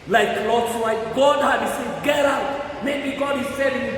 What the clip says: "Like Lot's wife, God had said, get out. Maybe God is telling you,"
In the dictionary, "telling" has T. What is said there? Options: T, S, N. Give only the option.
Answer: S